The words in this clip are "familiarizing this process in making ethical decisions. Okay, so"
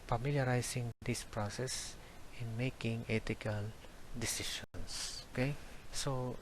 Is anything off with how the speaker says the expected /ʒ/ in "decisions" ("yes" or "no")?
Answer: yes